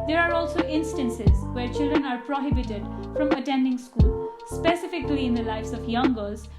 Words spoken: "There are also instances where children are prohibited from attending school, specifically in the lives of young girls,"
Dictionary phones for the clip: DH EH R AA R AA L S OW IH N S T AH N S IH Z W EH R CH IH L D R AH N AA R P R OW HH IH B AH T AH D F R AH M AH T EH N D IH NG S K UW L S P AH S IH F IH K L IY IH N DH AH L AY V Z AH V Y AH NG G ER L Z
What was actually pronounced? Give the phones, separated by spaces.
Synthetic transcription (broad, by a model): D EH R AA R AA L S OW IH N S T AH N S IH Z W EH R CH IH L D R AH N AA R P R OW HH IH B AH T AH D F R AH M AH T EH N D IH NG S K UW L S P AH S IH F IH K L IY IH N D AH L AY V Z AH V Y AH NG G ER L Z